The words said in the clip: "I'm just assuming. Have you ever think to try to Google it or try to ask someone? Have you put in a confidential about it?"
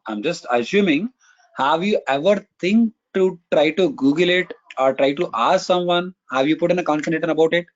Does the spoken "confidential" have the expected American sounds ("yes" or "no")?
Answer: no